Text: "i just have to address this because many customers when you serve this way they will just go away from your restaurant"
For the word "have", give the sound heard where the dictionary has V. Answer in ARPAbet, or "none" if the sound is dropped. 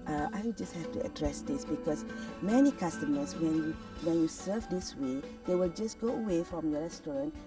F